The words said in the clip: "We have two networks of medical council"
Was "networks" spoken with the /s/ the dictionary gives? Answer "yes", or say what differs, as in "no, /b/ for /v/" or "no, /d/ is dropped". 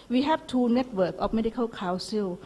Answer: no, /s/ is dropped